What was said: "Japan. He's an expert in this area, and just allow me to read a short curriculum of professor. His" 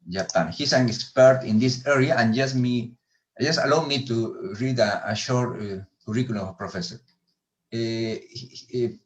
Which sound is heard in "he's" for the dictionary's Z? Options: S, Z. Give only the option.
S